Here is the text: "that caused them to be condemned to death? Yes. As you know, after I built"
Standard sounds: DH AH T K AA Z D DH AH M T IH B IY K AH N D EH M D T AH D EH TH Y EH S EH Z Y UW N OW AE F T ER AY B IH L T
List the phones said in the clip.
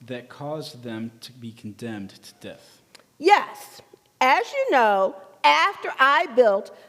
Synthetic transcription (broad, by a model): DH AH T K AA Z DH AH M T IH B IY K N D EH M D T AH D EH TH Y EH S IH Z Y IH N OW AE F T ER AY B IH L T